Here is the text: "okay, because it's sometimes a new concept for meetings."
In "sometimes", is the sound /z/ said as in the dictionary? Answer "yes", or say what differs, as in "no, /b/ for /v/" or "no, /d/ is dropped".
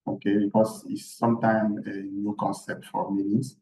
no, /z/ is dropped